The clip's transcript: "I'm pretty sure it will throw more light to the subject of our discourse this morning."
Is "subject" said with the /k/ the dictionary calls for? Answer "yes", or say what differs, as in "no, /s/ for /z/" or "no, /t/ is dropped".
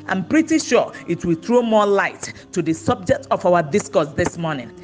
yes